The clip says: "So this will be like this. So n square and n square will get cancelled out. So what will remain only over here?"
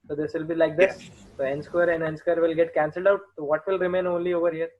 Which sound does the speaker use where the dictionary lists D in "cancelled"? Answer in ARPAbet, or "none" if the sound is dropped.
D